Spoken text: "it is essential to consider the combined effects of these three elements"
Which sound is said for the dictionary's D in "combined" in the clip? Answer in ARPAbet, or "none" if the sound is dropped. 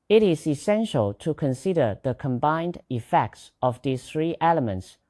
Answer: D